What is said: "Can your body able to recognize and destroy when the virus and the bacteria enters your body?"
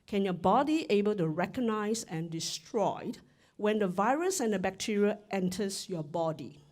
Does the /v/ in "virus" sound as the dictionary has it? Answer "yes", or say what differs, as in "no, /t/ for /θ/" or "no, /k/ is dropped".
yes